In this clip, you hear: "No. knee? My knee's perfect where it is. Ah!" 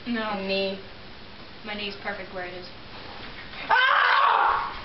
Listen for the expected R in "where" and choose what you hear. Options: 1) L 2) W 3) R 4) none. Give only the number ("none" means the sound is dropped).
3